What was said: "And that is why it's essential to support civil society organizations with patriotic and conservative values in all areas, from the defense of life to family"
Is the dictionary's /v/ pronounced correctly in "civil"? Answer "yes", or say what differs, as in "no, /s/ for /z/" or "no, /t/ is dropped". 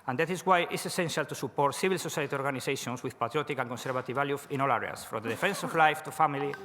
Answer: no, /b/ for /v/